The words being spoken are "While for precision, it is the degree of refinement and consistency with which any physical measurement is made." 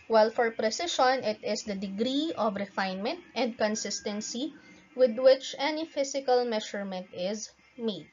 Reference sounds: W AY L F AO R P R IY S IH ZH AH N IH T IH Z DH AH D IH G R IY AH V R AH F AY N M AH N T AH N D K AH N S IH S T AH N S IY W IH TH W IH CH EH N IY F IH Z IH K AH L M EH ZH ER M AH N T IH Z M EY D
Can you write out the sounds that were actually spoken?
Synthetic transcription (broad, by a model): W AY L F AO R P R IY S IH SH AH N IH T IH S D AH D IH G R IY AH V R AH F AY N M AH N T AH N D K AH N S IH S T AH N S IY W IH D W IH CH EH N IY F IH S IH K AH L M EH SH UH M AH N T IH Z M EY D